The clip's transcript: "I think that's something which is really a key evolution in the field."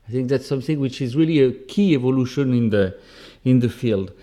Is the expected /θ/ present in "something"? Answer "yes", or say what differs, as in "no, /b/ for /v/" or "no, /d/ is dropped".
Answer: yes